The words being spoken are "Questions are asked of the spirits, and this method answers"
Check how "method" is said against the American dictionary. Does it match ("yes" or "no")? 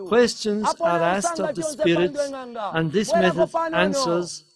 yes